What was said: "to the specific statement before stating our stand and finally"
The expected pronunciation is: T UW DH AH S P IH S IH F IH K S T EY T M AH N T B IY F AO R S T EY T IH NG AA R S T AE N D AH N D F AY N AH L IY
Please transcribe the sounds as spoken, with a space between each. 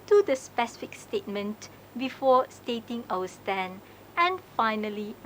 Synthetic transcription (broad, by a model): T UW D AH S P IH S IH F IH K S T EY T M AH N T B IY F AO S T EY T IH NG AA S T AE N AH N F AY N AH L IY